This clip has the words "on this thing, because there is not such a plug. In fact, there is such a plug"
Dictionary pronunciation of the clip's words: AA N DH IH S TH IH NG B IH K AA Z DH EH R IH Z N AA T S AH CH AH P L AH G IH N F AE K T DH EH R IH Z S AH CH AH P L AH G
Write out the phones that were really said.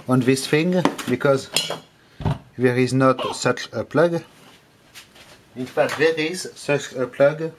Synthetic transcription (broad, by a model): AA N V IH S F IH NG B IH K AA Z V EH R IH Z N AA T S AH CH AH P L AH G IH N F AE T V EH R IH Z S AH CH AH P L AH G